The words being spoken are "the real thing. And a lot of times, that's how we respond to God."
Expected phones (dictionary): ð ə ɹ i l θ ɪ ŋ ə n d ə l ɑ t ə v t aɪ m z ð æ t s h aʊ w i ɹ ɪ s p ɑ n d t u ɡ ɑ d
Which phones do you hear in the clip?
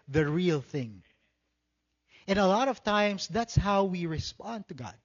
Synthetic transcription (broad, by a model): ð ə ɹ i l θ ɪ ŋ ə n ə l ɑ t ə v t aɪ m s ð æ t s h aʊ w i ɹ ɪ s p ɑ n d t u ɡ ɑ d